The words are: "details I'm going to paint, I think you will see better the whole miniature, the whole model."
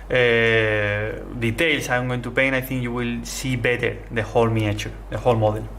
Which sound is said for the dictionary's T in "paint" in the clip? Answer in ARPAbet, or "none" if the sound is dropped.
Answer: none